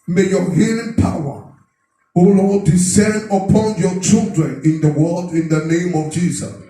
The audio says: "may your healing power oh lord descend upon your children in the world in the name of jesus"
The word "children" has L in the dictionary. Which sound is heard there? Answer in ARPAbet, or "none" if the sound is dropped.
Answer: L